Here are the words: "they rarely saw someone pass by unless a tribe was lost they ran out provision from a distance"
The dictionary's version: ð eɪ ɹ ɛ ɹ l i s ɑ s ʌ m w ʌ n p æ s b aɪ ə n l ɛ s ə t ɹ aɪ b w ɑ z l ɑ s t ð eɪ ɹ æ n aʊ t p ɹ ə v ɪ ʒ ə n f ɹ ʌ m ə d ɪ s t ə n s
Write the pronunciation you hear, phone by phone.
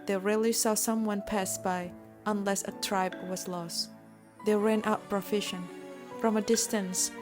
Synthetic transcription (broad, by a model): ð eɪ ɹ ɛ l i s ɑ s ʌ m w ʌ n p æ s b aɪ ə n l ɛ s ə t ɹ aɪ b w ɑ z l ɑ s t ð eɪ ɹ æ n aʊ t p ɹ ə f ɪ ʃ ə n f ɹ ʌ m ə d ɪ s t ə n s